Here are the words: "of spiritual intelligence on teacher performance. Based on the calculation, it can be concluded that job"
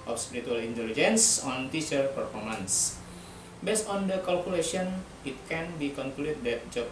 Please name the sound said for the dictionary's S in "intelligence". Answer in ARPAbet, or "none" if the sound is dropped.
S